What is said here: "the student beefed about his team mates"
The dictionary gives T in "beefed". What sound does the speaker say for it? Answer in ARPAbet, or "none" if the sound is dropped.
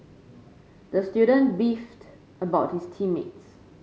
T